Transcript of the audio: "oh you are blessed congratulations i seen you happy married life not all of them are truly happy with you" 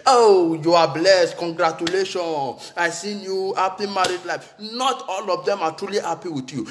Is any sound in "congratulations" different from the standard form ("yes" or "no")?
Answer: yes